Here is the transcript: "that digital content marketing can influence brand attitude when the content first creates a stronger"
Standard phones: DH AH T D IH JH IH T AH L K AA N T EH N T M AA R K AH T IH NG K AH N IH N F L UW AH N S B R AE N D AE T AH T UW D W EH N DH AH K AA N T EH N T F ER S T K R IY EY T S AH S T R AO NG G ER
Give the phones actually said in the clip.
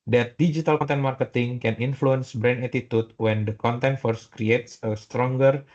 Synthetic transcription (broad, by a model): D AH T D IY JH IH T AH L K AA N T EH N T M AA R K AH T IH NG K AH N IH N F L UW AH N S B R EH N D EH T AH T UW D W EH N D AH K AA N T EH N T F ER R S K R IY EY T S AH S T R AO NG G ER